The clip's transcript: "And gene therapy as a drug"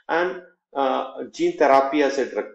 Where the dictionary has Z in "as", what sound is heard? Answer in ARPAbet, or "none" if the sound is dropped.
S